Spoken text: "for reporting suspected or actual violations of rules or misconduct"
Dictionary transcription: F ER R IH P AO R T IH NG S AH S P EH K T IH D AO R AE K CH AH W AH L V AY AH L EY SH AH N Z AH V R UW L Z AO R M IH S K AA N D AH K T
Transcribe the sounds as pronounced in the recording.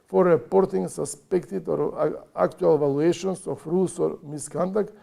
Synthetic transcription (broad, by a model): F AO R IH P AO R T IH NG S AH S P EH K T IH D AO R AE K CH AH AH L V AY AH L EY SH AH N S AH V R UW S AO R M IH S K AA N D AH K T